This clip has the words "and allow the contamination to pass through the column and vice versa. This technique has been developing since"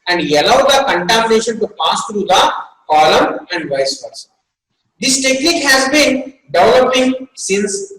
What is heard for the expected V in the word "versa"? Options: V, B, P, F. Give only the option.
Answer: P